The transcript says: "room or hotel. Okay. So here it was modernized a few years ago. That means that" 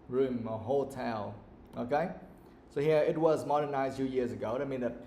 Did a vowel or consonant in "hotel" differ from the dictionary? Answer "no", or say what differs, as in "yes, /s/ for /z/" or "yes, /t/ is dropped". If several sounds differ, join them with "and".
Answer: no